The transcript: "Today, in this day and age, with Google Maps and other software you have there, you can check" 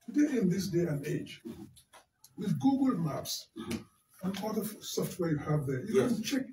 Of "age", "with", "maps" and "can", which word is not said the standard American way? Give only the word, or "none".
none